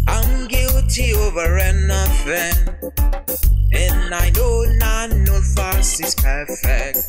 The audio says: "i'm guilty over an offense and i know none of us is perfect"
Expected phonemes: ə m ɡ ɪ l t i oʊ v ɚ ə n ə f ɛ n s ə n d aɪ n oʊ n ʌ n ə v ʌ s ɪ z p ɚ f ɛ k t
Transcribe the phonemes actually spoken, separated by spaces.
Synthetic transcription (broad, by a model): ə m ɡ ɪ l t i oʊ v ɚ ə n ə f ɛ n ə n aɪ n oʊ n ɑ n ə f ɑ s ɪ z p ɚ f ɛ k t